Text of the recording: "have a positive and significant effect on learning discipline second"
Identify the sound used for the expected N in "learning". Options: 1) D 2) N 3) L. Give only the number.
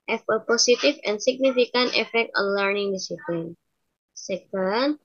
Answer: 2